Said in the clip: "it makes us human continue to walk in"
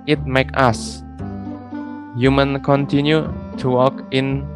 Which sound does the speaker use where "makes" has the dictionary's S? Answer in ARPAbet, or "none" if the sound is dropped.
none